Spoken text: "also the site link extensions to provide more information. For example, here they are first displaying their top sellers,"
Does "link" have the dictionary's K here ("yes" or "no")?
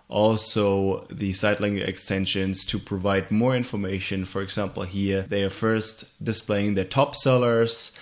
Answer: no